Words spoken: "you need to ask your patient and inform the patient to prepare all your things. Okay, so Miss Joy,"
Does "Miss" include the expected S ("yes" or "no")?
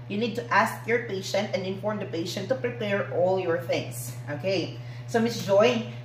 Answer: yes